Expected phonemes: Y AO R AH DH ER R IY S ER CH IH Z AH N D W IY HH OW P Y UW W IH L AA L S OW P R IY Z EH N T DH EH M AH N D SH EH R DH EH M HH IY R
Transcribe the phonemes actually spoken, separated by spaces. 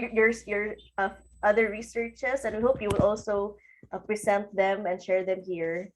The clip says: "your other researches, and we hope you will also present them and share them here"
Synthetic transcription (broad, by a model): Y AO R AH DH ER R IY S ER CH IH S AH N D W IY HH OW P Y UW W IH L AA L S OW P R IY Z EH N T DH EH M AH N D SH EH R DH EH M HH IY R